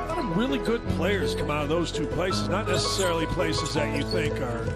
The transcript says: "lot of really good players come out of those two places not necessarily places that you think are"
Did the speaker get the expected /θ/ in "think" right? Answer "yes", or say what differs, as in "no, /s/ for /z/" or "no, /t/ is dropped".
yes